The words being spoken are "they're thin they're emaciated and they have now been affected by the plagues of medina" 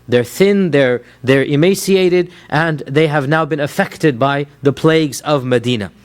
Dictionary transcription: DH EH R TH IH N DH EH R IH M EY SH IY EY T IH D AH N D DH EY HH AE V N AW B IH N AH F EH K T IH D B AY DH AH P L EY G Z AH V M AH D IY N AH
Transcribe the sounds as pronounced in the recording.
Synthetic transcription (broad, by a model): DH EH R TH IH N DH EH R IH M EY S IY EY T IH D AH N DH EY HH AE V N AW B IH N AH F EH K T IH D B AY DH AH P L EY G Z AH V M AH D IY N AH